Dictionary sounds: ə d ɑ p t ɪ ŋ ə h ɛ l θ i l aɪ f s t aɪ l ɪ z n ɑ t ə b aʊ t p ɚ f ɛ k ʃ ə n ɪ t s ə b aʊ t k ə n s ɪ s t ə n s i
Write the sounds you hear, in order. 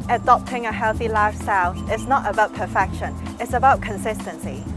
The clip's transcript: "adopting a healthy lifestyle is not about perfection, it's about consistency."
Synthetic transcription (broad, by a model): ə d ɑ p t ɪ ŋ ə h ɛ l θ i l aɪ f s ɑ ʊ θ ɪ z n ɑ t ə b aʊ t p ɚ f ɛ k ʃ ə n ɪ t s ə b aʊ t k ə n s ɪ s t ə n s i